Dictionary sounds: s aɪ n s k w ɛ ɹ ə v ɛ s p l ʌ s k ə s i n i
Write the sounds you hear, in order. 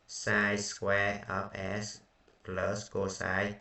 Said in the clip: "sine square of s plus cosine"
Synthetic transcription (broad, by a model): s aɪ s k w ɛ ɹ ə p ɛ s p l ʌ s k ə s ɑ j